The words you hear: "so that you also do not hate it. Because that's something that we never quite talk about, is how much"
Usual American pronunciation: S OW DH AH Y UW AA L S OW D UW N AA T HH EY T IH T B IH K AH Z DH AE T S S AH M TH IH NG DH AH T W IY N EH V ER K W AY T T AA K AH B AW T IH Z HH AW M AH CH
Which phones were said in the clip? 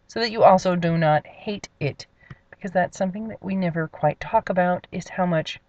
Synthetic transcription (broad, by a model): S OW DH AH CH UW AA L S OW D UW N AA T HH EY T IH T B IH K AH Z DH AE T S S AH M TH IH NG DH AH T W IY N EH V ER K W AY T T AA K AH B AW T IH Z HH AW M AH CH